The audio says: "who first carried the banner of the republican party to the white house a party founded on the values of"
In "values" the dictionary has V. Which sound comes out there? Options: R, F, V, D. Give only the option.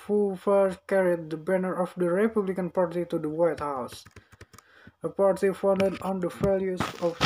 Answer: F